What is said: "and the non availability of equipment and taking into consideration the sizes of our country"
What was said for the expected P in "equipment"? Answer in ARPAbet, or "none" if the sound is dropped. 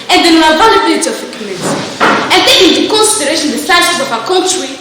none